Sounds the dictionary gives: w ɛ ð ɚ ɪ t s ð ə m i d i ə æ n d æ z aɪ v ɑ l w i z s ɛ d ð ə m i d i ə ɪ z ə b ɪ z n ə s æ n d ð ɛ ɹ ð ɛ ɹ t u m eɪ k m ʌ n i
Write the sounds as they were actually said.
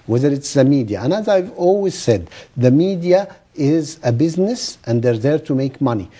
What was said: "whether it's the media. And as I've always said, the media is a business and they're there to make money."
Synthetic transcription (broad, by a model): w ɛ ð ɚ ɪ t s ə m i d i ə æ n æ z aɪ v ɑ l w i z s ɛ d ð ə m i d i ə ɪ z ə b ɪ z n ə s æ n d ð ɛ ɹ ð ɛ ɹ t u m eɪ k m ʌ n i